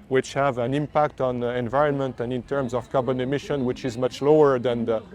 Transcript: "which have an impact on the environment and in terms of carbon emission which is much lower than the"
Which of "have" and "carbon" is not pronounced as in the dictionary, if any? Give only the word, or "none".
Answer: none